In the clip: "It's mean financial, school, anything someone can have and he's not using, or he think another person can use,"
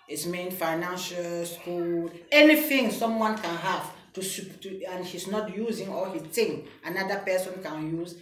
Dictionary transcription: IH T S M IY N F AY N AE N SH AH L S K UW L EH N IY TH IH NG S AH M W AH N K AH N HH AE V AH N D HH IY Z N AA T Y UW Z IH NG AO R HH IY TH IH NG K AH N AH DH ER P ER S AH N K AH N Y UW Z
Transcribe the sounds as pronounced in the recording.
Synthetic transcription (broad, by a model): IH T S M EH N F AY N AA N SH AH L S K UW L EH N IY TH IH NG S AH M W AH N K AH N HH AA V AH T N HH IY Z N AA T Y UW Z IH NG AO L HH IY T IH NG AH N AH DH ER P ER S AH N K AH N Y UW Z